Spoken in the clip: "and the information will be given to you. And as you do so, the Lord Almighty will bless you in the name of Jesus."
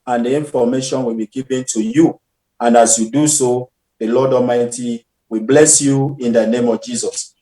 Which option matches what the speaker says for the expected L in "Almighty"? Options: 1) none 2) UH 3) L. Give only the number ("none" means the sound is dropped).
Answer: 1